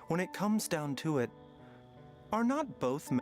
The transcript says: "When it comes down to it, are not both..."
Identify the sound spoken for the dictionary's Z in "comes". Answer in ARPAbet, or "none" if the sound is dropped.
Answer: Z